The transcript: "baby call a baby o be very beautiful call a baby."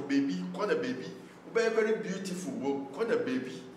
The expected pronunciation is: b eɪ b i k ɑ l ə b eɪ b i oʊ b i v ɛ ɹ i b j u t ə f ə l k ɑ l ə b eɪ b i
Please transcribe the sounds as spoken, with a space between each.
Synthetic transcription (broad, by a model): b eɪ b i k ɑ n ə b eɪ b i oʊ b i b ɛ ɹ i b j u t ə f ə w k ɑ n ə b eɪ b i